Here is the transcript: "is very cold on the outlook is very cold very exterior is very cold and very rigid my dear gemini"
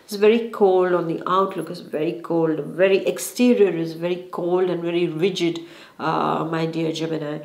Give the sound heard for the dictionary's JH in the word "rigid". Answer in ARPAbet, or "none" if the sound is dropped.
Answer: JH